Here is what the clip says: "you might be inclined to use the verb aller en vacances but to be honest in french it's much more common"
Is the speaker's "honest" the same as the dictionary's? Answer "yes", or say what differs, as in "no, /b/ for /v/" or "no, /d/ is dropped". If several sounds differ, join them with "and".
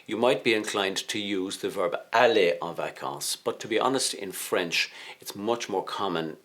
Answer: yes